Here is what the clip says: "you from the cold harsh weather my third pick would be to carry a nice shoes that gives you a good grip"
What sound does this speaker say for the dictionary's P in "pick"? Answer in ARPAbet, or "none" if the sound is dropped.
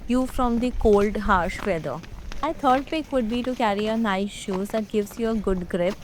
F